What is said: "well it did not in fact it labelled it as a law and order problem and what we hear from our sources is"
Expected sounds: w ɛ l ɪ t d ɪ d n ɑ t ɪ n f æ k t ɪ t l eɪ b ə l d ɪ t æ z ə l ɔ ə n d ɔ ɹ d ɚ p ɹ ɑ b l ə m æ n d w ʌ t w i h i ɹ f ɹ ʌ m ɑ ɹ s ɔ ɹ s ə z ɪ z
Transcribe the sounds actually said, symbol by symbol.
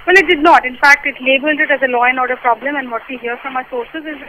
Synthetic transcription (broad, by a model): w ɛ l ɪ t d ɪ d n ɑ t ɪ n f æ k t ɪ t l eɪ b ə l d ɪ t æ z ə l ɔ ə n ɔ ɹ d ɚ p ɹ ɑ b l ə m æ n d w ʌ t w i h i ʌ f ɹ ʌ m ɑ s ɔ ɹ s ə z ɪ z